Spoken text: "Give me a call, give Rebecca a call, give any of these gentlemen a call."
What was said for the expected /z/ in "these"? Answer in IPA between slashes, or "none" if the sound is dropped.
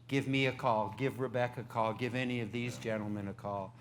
/z/